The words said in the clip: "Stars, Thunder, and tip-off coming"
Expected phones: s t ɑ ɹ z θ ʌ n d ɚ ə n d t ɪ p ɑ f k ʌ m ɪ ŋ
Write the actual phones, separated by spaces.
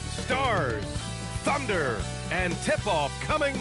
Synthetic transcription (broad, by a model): s t ɑ ɹ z θ ʌ n d ɚ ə n t ɪ p ɑ f k ʌ m ɪ ŋ